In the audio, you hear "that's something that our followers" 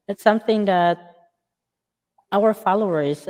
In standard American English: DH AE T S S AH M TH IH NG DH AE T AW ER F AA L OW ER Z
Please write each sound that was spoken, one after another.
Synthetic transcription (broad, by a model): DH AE T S S AH M TH IH NG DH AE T AW ER F AA L OW ER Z